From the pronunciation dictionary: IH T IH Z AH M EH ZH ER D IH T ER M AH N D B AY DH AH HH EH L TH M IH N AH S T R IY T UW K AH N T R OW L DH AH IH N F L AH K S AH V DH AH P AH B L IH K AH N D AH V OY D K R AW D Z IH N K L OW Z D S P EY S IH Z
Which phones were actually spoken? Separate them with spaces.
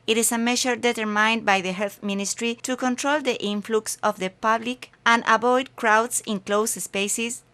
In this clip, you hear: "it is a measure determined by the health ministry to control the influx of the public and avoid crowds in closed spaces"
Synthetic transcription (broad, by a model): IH T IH S AH M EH SH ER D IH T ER M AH N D B AY DH AH HH EH L TH M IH N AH S T R IY T UW K AH N T R OW L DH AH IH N F L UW K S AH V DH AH P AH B L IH K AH N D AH B OY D K R AW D S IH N K L OW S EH S P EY S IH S